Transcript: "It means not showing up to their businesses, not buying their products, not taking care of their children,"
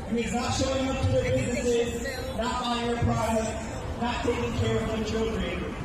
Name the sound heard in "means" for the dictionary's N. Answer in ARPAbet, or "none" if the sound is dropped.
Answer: none